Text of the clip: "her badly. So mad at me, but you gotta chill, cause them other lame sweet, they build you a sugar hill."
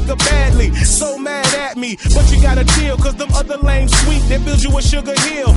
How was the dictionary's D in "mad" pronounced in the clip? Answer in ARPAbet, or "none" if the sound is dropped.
D